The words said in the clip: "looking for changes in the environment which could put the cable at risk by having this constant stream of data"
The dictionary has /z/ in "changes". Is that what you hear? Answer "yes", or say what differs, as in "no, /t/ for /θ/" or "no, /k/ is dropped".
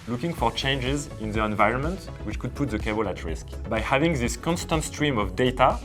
yes